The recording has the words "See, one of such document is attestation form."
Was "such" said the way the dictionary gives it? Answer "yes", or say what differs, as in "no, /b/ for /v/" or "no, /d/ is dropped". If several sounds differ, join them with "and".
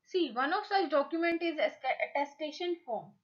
yes